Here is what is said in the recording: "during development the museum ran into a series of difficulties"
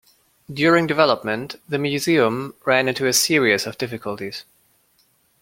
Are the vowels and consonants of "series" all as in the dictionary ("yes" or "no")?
no